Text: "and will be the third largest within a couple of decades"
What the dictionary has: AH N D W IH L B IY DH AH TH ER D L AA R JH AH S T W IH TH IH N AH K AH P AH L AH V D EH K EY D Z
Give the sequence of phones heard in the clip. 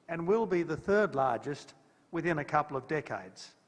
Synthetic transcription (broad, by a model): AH N W IH L B IY DH AH TH ER D L AA R JH AH S T W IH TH IH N AH K AH P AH L AH V D EH K EY D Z